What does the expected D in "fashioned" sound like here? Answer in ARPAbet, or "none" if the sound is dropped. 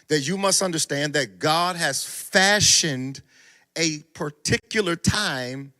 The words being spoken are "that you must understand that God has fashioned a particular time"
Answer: D